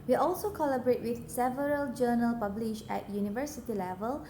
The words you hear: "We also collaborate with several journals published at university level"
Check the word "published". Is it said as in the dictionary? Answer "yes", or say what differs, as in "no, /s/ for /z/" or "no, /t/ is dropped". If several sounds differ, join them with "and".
no, /t/ is dropped